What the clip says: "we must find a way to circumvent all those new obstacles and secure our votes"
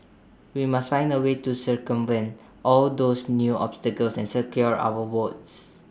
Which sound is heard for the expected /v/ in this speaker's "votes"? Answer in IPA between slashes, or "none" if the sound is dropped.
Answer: /w/